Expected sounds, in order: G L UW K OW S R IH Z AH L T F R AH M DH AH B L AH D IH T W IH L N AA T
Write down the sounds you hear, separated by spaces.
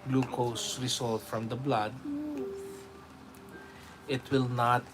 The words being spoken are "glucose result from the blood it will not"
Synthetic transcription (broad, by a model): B L UW K OW S R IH S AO L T F R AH M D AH B L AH D IH T W IH L N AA T